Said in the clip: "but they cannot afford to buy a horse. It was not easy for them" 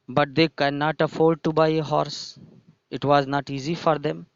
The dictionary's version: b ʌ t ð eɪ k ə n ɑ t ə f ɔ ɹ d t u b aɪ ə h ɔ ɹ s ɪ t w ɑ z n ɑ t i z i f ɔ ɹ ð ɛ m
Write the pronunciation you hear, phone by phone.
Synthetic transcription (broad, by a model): b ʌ t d eɪ k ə n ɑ t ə f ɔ l d t u b aɪ ə h ɔ ɹ s ɪ t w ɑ z n ɑ t i z i f ɔ ɹ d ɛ m